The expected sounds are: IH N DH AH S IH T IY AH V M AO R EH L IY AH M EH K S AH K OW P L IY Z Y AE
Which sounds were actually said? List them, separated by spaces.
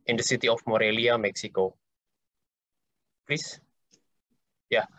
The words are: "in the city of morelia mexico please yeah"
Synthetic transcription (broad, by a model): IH N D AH S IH T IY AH F M AO R EH L IY AH M EH K S AH K OW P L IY S Y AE